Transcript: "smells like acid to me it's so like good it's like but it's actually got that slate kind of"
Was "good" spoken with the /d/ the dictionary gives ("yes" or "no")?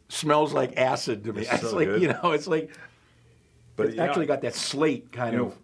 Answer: no